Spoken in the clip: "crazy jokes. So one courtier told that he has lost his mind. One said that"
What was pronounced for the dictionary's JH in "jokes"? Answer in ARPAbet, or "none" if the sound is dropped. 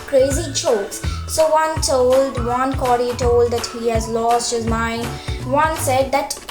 CH